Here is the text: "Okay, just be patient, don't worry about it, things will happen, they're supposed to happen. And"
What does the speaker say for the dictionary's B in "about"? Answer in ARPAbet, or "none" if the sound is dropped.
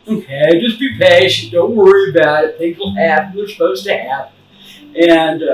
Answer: B